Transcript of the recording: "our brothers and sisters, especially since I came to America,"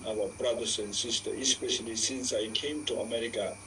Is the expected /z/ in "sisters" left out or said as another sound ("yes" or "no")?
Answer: yes